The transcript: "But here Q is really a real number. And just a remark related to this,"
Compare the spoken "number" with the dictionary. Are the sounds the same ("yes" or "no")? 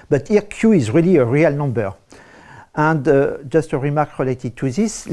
yes